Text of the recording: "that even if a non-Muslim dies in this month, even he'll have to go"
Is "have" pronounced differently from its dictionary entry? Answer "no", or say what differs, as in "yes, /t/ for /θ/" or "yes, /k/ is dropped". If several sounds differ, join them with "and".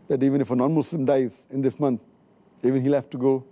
yes, /f/ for /v/